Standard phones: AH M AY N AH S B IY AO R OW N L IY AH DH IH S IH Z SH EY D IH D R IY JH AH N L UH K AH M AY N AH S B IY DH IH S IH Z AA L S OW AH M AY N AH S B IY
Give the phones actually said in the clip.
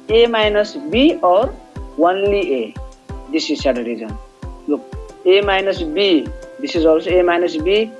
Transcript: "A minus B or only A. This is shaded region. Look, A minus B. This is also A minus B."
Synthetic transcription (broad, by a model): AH M AY N AH S B IY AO R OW N L IY AH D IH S IH Z S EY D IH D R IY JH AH N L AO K AH M AY N AH S B IY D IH S IH Z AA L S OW AH M AY N AH S B IY